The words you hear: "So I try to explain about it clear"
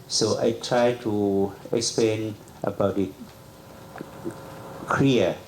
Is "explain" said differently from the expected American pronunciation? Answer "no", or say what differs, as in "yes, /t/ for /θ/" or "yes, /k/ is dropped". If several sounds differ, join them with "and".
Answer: no